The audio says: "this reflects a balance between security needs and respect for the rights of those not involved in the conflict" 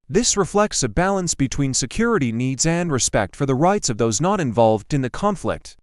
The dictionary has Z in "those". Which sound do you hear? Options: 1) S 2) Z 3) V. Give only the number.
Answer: 2